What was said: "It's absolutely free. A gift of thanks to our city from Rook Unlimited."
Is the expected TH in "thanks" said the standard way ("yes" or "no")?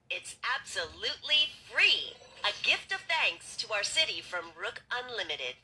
yes